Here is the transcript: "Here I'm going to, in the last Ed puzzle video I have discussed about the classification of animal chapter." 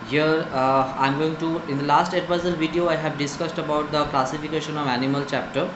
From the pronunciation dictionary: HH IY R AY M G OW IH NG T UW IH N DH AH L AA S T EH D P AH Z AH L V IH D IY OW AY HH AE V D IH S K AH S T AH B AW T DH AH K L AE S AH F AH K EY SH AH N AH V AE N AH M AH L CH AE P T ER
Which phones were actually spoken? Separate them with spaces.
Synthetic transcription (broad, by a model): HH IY R AY M G OW IH NG T UW IH N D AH L AA S T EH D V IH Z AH L V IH D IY OW AY HH AE V D IH S K AH S T AH B AW T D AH K L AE S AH F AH K EY SH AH N AH V AE N AH M AH L CH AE P T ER